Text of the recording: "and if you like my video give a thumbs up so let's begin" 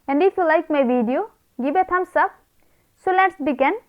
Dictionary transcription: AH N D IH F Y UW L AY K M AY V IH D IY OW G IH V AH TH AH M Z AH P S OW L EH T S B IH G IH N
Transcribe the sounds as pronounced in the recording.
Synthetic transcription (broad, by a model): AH N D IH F Y UW L AY K M AY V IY D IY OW G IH B AH T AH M S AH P S OW L EH T S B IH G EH N